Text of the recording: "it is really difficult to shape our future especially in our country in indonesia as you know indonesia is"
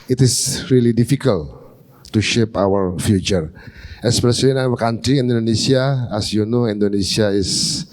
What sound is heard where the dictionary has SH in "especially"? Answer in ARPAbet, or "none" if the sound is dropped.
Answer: S